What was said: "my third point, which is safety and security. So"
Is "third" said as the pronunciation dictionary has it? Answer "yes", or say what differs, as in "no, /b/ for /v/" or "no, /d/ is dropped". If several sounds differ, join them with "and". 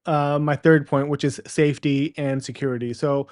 yes